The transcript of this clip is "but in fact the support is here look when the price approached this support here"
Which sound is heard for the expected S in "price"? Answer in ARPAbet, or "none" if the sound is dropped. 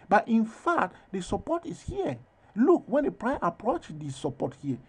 none